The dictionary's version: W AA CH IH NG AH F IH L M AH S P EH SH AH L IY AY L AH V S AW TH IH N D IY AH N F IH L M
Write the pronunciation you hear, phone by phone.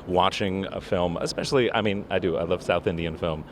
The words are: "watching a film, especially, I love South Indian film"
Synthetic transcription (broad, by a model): W AA CH IH NG AH F IH L M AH S P EH SH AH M IY AY L AH V S AW TH IH N D IY AH N F IH L M